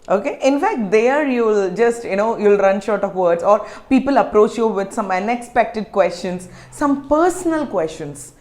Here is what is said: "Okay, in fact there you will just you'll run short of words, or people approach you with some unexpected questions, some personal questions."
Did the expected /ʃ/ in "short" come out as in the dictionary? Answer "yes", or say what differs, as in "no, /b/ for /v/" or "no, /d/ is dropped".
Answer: yes